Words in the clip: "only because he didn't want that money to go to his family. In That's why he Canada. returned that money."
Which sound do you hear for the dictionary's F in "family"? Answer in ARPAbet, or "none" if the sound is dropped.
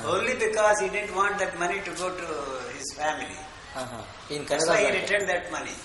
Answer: F